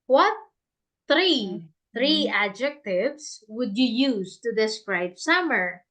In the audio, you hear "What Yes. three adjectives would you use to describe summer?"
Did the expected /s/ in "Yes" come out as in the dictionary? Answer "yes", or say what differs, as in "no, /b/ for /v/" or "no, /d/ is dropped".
no, /s/ is dropped